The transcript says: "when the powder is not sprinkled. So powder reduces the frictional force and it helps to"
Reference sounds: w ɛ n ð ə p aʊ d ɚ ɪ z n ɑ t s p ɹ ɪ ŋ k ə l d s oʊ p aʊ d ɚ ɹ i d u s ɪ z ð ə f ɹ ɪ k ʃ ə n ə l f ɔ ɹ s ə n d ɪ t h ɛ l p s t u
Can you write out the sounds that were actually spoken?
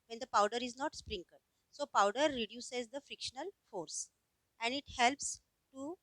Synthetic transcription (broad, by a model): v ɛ n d ə p aʊ d ɚ ɪ z n ɑ t s p ɹ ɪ ŋ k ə d s oʊ p aʊ d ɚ ɹ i d u s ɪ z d ə f ɹ ɪ k ʃ ə n ə l f ɔ ɹ s ə n d ɪ t h ɛ l p s t u